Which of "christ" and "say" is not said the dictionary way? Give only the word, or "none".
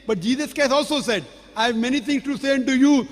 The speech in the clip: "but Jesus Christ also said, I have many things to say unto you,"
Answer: christ